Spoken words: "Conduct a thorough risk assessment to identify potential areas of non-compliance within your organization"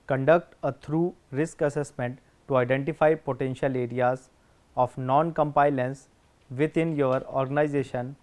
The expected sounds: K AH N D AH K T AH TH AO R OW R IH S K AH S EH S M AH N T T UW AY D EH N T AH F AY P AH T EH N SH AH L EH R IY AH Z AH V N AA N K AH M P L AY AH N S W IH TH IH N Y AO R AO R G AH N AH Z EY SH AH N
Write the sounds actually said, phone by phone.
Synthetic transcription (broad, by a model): K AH N D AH K T AH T R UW R IH S K AH S EH S M AH N T T UW AY D EH N T AH F AY P AH T EH N SH AH L EH R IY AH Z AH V N AA N K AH M P AY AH N S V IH T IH N Y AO R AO R G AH N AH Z EY SH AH N